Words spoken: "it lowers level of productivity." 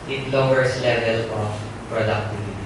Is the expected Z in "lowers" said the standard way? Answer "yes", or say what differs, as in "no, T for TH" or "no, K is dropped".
no, S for Z